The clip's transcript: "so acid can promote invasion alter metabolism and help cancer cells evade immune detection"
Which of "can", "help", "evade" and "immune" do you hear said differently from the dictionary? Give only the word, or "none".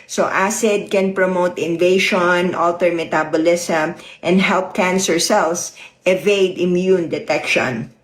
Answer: none